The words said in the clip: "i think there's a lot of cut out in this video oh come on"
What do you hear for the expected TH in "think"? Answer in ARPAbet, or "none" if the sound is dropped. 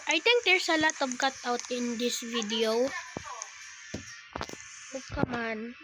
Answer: T